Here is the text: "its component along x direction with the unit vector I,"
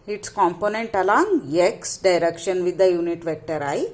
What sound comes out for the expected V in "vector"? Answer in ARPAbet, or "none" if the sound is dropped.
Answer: V